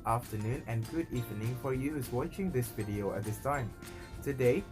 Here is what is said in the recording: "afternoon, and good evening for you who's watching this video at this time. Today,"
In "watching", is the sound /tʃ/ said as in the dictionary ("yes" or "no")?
yes